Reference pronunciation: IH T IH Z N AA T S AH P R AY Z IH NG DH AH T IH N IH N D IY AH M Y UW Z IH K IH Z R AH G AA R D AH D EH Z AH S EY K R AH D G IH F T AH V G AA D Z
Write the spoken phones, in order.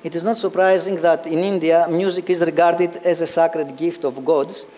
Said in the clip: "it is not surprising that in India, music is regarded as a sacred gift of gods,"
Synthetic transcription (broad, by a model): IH T IH Z N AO T S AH P R AY Z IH NG DH AH T IH N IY N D IY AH M Y UW Z IH K IH Z R AH G AA R D AH D EH Z AH S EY K R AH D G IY F T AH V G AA D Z